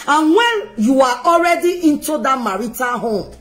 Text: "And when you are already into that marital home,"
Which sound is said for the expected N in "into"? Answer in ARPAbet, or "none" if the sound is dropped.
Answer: N